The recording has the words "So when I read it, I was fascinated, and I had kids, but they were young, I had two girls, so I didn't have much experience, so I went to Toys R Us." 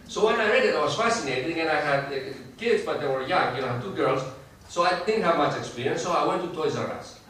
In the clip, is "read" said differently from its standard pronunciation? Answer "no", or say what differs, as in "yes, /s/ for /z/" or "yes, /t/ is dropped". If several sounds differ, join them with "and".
no